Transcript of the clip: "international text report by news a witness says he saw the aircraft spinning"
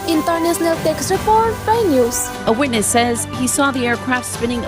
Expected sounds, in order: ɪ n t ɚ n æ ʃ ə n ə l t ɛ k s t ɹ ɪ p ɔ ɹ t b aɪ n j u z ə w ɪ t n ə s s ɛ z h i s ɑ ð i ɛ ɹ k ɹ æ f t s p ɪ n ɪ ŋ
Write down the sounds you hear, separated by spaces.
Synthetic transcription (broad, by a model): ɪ n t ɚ n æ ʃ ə n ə l t ɛ k s t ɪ f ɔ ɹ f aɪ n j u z ə w ɪ t n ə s s ɛ z h i s ɑ ð i ɛ ɹ k ɹ æ f t s p ɪ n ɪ ŋ